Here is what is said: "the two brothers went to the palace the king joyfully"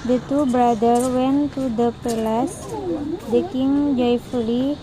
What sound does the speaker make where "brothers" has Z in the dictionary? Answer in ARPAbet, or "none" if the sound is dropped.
none